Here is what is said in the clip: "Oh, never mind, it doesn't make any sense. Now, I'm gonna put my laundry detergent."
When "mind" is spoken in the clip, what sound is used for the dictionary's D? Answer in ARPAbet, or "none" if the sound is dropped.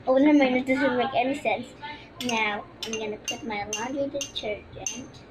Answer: none